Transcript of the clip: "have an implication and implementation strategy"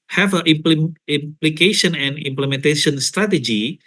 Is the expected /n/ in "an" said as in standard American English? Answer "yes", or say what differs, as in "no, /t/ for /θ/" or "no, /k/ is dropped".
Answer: no, /l/ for /n/